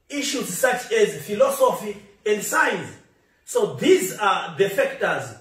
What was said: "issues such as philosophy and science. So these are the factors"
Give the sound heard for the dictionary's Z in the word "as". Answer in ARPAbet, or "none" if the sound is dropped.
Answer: Z